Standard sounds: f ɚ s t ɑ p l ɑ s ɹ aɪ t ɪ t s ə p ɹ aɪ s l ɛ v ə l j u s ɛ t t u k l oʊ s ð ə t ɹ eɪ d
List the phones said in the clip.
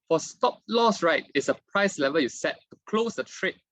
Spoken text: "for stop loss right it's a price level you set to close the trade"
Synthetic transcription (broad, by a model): f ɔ s t ɑ p l ɑ s ɹ aɪ t ɪ t s ə p ɹ aɪ s l ɛ v ə j u s ɛ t t u k l oʊ s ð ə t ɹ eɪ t